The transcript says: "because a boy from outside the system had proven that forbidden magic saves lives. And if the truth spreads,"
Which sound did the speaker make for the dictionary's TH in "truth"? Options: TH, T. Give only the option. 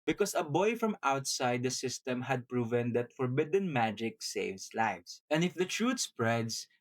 T